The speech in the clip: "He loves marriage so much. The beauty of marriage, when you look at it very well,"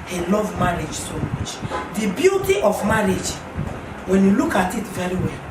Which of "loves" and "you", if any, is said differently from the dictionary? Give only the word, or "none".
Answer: loves